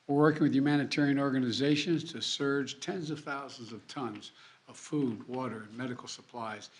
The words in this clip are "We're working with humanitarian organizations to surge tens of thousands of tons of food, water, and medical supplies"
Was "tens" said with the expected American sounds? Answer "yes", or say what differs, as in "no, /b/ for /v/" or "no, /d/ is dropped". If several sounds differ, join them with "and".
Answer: yes